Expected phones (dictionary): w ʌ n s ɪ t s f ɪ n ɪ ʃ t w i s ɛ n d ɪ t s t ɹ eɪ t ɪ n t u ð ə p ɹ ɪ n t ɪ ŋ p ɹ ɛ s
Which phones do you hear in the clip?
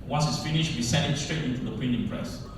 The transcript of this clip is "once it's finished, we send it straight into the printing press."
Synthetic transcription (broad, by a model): w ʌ n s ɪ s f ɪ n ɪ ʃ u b i s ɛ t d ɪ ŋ s t ɹ eɪ t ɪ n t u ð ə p ɪ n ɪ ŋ p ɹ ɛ s